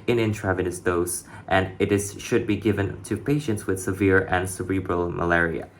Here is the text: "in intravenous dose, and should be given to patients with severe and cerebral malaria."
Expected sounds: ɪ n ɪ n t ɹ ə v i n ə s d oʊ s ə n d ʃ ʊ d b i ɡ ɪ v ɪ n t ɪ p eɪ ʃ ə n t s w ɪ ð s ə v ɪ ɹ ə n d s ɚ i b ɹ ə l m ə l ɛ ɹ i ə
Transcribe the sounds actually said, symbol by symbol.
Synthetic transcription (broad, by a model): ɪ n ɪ n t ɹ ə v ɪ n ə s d oʊ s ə n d ʃ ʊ d b i ɡ ɪ v ɪ n t ɪ p eɪ ʃ ə n t s w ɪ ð s ə v ɪ ɹ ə n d s ɚ i b ɹ ə l m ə l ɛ ɹ i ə